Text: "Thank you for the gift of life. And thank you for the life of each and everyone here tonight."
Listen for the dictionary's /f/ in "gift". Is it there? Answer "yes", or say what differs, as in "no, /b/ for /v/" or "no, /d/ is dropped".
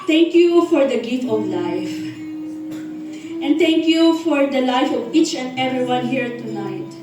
no, /f/ is dropped